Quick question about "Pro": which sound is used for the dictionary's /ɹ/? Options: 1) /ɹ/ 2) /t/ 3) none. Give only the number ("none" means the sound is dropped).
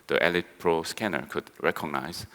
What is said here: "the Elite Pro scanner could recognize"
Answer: 1